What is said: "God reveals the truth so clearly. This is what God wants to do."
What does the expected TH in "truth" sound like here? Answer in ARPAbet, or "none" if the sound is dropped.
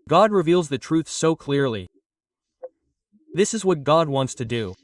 TH